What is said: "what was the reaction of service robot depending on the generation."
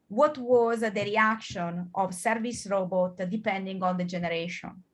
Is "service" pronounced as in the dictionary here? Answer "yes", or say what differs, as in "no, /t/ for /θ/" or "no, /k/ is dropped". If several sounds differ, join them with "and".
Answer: yes